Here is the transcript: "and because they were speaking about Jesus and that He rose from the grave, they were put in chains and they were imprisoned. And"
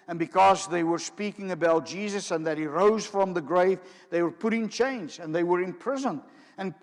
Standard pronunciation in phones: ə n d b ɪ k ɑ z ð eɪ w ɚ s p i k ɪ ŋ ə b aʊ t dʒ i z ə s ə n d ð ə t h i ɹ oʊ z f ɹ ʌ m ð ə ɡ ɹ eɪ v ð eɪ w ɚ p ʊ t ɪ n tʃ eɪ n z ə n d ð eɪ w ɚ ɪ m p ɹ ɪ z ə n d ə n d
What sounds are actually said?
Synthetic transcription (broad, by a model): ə n b ɪ k ɑ z ð eɪ w ɚ s p i k ɪ ŋ ə b aʊ t dʒ i z ə s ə n ð ə t h i ɹ oʊ z f ɹ ʌ m ð ə ɡ ɹ eɪ v ð eɪ w ɚ p ʊ t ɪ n tʃ eɪ n z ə n ð eɪ w ɚ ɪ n p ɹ ɪ z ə n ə n